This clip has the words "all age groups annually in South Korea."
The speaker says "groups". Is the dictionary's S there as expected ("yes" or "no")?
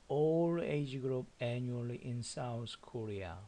no